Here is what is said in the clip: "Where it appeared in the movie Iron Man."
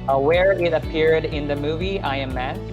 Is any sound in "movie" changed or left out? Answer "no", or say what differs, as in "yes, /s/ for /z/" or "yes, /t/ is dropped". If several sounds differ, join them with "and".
no